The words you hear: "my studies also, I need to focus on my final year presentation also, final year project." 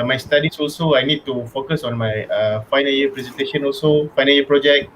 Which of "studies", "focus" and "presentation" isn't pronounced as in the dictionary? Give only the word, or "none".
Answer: studies